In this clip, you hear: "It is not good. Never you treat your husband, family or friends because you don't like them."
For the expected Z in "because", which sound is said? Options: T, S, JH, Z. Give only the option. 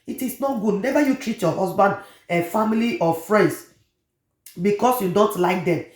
S